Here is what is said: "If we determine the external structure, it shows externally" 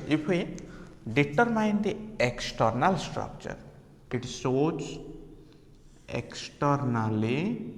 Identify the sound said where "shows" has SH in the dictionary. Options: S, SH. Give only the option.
S